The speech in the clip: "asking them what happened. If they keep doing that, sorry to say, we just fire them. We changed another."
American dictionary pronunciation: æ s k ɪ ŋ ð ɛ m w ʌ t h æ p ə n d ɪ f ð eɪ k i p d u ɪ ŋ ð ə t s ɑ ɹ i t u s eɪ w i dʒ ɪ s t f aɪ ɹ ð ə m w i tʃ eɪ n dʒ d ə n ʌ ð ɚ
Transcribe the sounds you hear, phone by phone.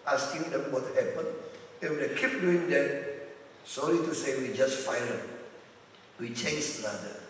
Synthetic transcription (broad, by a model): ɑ s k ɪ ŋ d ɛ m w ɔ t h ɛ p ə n ɪ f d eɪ k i p d u ɪ ŋ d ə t s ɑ l i t u s eɪ w i dʒ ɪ s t f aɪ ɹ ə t w i tʃ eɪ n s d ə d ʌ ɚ